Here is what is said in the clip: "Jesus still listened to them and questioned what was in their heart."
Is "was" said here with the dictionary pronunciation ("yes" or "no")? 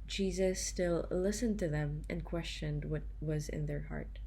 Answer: yes